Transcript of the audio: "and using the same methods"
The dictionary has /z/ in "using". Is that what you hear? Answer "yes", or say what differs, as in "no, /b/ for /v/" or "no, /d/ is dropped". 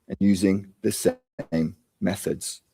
yes